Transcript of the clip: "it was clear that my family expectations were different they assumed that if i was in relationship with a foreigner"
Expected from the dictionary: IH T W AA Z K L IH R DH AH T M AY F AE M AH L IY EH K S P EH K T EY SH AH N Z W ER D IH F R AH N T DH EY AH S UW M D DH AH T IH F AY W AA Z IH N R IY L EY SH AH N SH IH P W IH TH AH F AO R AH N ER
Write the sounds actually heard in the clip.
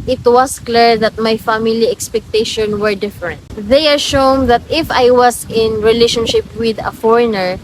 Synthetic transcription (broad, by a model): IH T W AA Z K L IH R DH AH T M AY F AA M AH L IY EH K S P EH K T EY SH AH N W ER D IH F R AH N T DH EY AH SH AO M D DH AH T IH F AY W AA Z IH N R IY L EY SH AH N SH IH P W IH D AH F AO R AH N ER